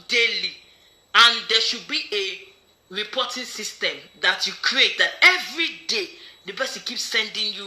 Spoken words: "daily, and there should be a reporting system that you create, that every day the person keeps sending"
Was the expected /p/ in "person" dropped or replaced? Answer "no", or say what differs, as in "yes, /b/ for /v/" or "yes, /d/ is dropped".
yes, /b/ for /p/